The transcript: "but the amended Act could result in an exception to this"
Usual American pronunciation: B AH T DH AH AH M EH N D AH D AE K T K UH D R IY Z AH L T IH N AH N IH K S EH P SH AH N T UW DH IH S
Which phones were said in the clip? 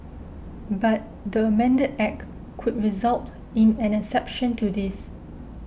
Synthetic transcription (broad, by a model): B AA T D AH AH M EH N D AH D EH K K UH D R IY Z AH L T IH N AH N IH S EH P SH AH N T UW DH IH S